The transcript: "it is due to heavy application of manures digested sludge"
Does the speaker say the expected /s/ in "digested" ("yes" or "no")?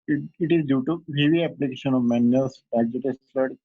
no